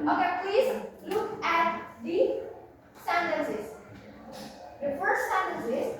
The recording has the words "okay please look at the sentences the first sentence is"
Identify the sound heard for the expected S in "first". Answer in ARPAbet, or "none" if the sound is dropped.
none